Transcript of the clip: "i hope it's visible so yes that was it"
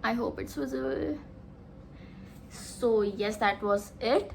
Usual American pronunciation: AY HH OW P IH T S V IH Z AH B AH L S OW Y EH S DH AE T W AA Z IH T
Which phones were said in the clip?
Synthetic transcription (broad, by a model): AY HH OW P IH T S W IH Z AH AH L S OW Y EH S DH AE T W AA Z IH T